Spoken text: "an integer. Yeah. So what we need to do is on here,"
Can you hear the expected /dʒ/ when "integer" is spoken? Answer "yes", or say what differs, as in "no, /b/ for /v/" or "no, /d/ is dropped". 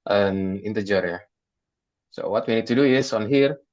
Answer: yes